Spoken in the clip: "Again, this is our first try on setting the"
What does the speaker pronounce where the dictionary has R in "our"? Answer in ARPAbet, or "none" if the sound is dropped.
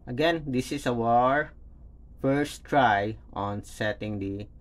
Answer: R